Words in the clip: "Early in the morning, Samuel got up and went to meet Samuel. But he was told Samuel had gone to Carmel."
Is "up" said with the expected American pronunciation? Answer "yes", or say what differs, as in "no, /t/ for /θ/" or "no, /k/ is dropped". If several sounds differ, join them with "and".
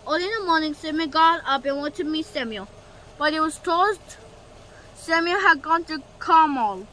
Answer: no, /b/ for /p/